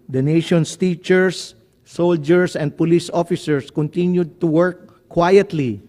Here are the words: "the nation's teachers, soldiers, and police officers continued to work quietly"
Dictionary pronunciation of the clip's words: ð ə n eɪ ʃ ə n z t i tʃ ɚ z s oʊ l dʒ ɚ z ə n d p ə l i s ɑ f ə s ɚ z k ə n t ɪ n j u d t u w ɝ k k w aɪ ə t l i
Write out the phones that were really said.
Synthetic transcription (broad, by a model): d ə n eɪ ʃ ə n s t i tʃ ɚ s oʊ l dʒ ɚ s ə n d p ə l i s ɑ f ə s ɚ s k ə n t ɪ n j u d t u w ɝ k k w aɪ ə t l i